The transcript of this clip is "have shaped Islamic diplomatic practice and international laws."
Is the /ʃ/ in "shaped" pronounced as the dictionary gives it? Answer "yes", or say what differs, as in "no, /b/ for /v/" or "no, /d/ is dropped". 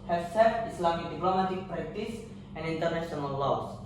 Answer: no, /s/ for /ʃ/